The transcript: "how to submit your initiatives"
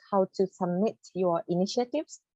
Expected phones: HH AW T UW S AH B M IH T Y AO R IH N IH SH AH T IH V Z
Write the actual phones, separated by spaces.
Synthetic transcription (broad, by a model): HH AW T UW S AH B M IH T Y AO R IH N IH SH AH T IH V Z